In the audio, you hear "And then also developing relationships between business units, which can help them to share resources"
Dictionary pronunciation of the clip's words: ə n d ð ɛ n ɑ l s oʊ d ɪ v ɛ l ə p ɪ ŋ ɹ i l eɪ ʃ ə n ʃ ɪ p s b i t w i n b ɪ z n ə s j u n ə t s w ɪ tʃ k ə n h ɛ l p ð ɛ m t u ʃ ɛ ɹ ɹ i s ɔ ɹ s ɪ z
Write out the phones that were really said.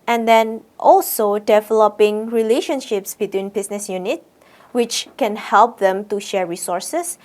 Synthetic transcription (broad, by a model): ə n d ɛ n ɑ l s oʊ d ɪ v ɛ l ə p ɪ ŋ ɹ i l eɪ ʃ ə n ʃ ɪ p s b i t w i n b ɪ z n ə s j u n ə t w ɪ tʃ k ə n h ɛ l p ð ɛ m t u ʃ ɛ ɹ ɹ i s ɔ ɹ s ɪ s